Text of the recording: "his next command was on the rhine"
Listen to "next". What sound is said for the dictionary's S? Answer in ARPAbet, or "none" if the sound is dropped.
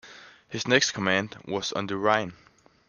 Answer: S